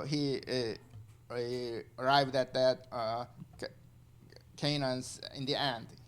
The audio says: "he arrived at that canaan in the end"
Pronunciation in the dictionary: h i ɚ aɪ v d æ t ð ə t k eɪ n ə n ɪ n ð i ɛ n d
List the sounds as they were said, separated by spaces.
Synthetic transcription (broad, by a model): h i ɚ aɪ v d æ t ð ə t k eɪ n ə n ɪ n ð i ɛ n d